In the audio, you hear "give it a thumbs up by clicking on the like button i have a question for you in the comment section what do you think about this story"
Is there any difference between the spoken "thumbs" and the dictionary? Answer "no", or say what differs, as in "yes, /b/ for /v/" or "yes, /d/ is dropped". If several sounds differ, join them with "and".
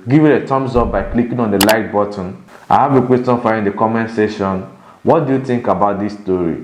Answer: yes, /t/ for /θ/